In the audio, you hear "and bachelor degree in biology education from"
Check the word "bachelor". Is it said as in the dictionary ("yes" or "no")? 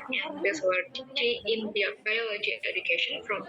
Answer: no